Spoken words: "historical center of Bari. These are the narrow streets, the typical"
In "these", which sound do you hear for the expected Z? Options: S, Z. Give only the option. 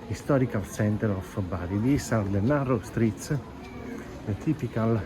S